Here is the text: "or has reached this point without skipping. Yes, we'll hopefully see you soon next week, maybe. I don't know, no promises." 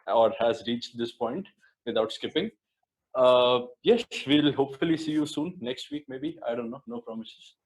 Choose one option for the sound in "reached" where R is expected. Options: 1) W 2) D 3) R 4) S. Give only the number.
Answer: 3